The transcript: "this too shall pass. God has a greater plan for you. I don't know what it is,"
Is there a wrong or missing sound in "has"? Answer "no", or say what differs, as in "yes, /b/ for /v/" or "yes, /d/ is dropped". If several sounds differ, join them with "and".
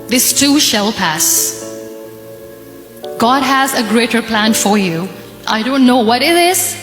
no